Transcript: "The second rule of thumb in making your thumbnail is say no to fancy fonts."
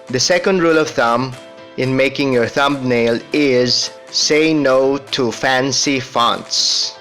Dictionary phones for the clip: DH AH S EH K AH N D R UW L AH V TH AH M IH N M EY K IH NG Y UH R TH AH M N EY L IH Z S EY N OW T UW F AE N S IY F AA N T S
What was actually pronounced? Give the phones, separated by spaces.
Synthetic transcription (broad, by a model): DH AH S EH K AH N D R UW L AH V TH AH M IH N M EY K IH NG Y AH R TH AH M N EY L IH Z S EY N OW T UW F AE N S IY F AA N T S